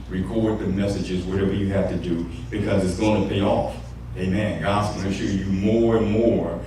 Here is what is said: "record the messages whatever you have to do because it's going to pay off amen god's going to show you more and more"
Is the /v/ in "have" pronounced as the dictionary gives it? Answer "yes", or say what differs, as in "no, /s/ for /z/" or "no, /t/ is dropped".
no, /f/ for /v/